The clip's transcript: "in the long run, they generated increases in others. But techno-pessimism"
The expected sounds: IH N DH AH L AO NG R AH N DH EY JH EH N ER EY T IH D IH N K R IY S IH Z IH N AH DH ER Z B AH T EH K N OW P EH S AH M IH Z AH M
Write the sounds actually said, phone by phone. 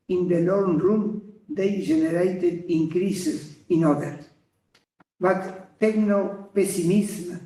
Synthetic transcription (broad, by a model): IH N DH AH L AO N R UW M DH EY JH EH N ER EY T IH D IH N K R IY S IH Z IH N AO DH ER B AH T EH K N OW P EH S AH M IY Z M